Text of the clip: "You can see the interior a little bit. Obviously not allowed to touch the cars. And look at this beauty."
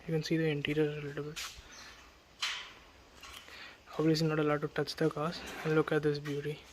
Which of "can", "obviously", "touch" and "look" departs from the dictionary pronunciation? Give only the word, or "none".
obviously